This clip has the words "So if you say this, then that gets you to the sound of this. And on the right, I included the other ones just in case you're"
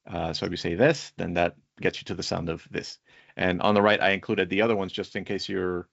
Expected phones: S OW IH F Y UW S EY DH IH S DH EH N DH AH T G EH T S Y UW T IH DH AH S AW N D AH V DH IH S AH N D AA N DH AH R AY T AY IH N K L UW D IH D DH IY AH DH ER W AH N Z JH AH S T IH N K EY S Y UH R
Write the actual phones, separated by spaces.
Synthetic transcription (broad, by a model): S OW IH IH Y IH S EY DH IH S DH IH N DH AH T G EH T S Y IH T IH DH AH S AW N D AH V DH IH S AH N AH N DH AH R AY T AY IH N K L UW D IH D DH IY AH DH ER W AH N Z JH AH S T IH N K EY S Y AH R